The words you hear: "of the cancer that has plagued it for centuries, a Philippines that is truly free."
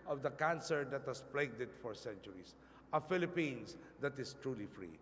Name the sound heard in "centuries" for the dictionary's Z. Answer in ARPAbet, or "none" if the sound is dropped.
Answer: S